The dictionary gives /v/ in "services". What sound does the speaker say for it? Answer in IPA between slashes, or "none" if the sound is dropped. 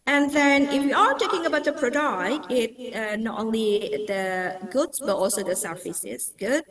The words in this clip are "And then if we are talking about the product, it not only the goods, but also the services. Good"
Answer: /f/